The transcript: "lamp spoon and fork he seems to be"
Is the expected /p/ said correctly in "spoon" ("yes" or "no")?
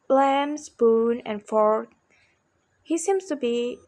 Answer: no